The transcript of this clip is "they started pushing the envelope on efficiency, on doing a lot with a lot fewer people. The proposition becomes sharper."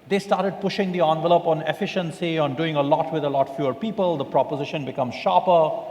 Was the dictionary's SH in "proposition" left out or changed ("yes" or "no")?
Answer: no